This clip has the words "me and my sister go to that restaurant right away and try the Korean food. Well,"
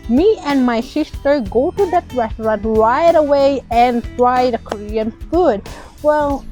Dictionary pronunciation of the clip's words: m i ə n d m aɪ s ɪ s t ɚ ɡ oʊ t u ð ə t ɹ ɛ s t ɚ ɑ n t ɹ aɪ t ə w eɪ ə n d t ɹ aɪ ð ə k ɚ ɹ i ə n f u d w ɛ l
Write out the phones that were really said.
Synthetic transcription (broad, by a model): m i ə n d m aɪ ʃ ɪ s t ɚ ɡ oʊ t u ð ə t ɹ ɛ s t ɚ ɑ n t l aɪ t ə w eɪ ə n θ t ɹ aɪ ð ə k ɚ ɹ i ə n f u d w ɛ l